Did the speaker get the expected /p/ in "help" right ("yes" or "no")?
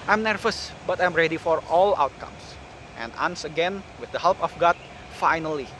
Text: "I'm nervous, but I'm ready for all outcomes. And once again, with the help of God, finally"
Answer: yes